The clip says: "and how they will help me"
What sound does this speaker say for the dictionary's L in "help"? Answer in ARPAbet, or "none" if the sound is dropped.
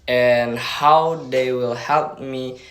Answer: L